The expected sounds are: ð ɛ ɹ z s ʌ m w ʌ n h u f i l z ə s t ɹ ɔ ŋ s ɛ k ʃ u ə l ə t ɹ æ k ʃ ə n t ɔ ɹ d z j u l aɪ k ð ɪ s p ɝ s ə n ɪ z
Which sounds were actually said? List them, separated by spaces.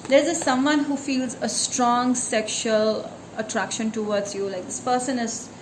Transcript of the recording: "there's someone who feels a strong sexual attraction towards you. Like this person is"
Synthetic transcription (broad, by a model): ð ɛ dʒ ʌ s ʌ m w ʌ n h u f i l z ə s t ɹ ɔ ŋ s ɛ k ʃ u ə l ə t ɹ æ k ʃ ə n t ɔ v d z j u l aɪ k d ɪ s p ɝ s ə n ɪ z